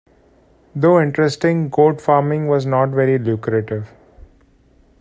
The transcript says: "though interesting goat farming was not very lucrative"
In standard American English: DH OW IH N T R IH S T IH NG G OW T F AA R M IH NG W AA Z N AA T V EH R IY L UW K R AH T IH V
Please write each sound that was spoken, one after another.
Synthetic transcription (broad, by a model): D OW IH N T R IH S T IH NG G OW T F AA R M IH NG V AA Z N AA T V EH R IY L UW K R AH T IH V